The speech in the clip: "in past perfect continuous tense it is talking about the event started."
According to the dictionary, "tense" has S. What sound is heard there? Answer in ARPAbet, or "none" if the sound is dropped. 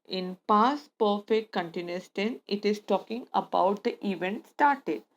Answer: none